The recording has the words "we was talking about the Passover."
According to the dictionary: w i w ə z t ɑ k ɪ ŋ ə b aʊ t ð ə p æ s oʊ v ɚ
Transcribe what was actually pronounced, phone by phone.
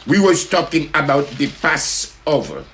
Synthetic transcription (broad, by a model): w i w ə s t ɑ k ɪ ŋ ə b aʊ t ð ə p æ s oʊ v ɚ